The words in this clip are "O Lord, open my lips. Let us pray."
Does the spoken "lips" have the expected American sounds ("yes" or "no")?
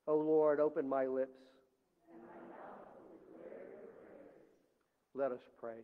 yes